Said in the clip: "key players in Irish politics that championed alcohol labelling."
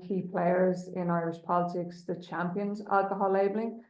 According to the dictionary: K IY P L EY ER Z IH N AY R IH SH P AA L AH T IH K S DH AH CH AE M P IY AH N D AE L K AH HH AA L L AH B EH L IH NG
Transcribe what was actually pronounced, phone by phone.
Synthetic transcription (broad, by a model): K IY P L EY ER Z IH N AY R IH SH P AA L AH T IH K S DH AH CH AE M P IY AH N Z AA L K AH HH AA L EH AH B L IH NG